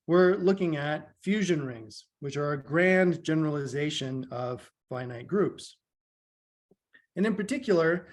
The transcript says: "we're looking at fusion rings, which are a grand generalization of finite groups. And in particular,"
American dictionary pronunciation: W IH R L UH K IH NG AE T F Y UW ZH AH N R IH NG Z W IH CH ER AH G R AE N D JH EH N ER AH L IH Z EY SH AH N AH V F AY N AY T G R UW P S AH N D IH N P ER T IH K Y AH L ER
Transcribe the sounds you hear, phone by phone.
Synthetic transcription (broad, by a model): W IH R L UH K IH NG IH T F Y UW ZH AH N R IH NG Z W IH CH ER AH G R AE N JH EH N ER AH L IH Z EY SH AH N AH V F AY N AY T G R UW P S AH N IH N P ER T IH K Y L ER